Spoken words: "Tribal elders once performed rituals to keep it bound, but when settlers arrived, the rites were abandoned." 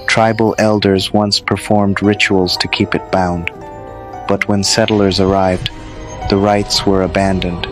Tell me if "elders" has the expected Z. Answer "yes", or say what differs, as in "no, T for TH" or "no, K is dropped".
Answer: yes